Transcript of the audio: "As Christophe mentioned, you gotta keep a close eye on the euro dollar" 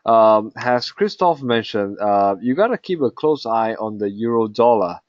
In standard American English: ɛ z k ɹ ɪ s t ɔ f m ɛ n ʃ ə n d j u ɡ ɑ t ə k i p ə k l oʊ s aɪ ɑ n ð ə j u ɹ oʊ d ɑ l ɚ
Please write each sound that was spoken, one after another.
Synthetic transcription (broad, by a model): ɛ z k ɹ ɪ s t ɔ f m ɛ n ʃ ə n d j u ɡ ɑ t ə k i p ə k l oʊ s aɪ ɑ n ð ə j u ɹ oʊ d ɑ l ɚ